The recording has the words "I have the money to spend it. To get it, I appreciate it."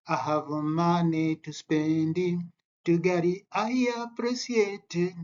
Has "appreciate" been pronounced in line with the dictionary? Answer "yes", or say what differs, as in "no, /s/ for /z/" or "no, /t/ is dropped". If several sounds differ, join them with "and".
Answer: no, /s/ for /ʃ/